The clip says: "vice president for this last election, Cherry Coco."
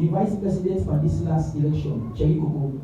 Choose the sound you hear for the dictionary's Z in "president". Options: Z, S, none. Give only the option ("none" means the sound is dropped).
S